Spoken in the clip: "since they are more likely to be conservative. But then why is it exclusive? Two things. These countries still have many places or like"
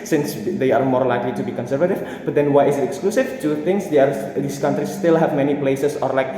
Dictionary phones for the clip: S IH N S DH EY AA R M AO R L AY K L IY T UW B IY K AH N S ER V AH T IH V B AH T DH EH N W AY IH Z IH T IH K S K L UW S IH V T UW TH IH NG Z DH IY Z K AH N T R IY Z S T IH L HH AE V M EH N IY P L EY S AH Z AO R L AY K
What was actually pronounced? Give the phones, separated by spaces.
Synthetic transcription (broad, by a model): S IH N S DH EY AA R M AO R L AY K L IY T UW B IY K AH N S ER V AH T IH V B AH T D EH N W AY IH S IH T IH K S K L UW S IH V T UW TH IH NG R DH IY S K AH N T R IY S T IH L HH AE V M EH N IY P L EY S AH S AO R L AY K